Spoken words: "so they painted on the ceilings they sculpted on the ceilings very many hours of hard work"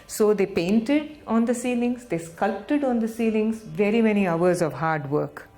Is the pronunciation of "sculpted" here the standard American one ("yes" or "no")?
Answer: yes